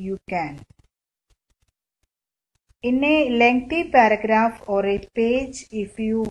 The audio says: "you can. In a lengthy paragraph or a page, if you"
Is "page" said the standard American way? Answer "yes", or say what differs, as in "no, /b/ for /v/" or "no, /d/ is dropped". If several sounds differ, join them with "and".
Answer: yes